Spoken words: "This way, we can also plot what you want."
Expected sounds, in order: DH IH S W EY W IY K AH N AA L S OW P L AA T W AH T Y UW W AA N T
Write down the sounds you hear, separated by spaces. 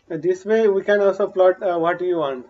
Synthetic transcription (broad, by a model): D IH S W EY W IY K AH N AA L S OW P L AA T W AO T Y UW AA N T